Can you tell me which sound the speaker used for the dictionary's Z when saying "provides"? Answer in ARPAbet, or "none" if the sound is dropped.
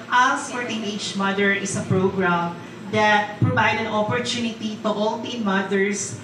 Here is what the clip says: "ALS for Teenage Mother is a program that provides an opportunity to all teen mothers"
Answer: none